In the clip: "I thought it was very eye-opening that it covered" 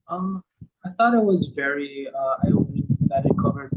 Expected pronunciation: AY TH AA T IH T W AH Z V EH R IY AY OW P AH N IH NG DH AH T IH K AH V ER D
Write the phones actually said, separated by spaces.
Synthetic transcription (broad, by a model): AY TH AA T IH T W AH Z V EH R IY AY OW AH IH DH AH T IH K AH V ER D